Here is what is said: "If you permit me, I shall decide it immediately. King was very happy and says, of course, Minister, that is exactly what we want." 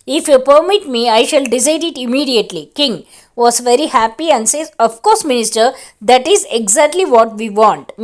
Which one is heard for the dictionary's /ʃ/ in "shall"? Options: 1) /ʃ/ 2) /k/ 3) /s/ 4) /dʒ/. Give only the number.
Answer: 1